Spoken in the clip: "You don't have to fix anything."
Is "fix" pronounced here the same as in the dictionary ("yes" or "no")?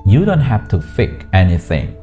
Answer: no